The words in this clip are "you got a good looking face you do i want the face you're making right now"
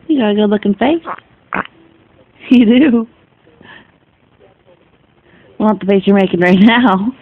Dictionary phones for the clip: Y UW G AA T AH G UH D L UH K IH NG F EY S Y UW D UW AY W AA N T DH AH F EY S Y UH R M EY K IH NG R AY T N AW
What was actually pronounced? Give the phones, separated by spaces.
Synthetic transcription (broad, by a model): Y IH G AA AH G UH L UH K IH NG F EY S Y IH D UW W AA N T DH AH F EY S Y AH R M EY K IH NG R AY T N AW